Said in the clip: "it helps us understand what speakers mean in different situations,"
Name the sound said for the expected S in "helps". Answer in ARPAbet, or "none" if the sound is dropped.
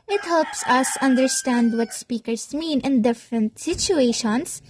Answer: S